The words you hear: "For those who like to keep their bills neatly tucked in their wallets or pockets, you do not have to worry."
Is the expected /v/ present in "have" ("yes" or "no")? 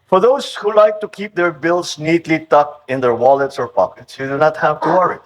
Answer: yes